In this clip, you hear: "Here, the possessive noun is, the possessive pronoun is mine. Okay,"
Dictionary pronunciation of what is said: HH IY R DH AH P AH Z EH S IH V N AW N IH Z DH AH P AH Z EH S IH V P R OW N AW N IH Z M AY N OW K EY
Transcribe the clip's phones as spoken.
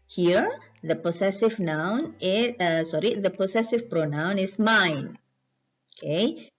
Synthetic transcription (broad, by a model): HH IY R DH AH P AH S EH S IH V N AW N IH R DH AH P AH S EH S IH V P R OW N AW N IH S M AY N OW K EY